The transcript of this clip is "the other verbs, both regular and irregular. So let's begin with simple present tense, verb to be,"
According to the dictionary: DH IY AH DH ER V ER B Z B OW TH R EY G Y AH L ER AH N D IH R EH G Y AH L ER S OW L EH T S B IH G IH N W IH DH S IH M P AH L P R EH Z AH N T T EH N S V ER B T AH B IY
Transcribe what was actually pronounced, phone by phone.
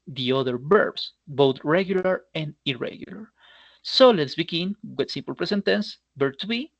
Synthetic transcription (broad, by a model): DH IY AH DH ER B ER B S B OW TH R EY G Y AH L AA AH N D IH R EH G Y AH L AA S OW L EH T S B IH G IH N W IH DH S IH M P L P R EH S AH N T T EH N S B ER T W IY